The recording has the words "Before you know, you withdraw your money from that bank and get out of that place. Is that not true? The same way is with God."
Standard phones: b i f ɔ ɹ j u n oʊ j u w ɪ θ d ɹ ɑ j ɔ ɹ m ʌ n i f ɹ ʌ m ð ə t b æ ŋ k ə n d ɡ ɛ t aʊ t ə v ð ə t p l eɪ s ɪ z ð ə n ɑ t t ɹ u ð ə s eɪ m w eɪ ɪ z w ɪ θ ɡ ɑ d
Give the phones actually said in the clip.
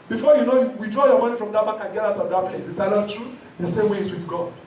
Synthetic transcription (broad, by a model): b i f ɔ j u n oʊ j u w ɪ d ɹ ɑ j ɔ m ʌ n i f ɹ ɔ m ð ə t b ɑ k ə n ɡ ɛ t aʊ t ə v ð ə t p l eɪ s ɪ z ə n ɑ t t ɹ u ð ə s eɪ m w eɪ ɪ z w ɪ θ ɡ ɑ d